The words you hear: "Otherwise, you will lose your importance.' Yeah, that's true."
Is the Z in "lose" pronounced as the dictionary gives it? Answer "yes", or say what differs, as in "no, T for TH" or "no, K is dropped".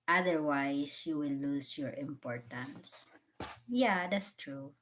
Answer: no, S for Z